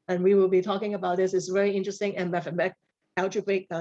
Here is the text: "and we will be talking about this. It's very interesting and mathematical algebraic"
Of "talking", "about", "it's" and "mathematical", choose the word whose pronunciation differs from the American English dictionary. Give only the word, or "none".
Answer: mathematical